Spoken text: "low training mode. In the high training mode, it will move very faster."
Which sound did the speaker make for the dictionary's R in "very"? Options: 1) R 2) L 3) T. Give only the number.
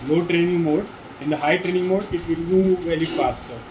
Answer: 2